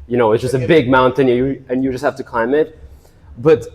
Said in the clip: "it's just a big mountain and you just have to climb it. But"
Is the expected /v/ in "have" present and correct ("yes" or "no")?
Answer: no